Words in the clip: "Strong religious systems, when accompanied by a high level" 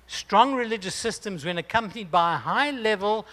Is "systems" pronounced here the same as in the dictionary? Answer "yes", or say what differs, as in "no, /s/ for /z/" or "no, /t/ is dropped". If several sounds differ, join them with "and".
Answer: yes